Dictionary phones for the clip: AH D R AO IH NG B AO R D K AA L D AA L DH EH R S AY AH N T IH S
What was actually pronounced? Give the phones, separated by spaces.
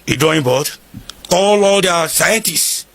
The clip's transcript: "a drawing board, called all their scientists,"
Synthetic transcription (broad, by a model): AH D AO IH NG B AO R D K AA L AA L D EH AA S AY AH N T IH S